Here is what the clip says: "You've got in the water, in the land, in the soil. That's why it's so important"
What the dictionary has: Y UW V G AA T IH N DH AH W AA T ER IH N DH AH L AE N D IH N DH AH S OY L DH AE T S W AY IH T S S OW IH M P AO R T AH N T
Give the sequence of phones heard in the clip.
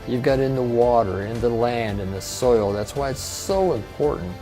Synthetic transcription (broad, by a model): Y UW V G AA T IH N DH AH W AA T ER IH N DH AH L AE N D IH N DH AH S OY L DH AE T S W AY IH T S S OW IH M P AO R T N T